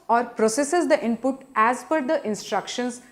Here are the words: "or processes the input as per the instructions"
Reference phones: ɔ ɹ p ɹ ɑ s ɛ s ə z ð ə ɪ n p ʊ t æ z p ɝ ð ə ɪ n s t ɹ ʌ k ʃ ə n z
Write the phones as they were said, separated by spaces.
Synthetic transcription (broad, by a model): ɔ ɹ p ɹ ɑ s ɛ s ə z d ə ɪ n p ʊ t æ z f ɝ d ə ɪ n s t ɹ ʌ k ʃ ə n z